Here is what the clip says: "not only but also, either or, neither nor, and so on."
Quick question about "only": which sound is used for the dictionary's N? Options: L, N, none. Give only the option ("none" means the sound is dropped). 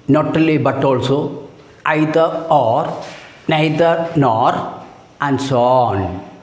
none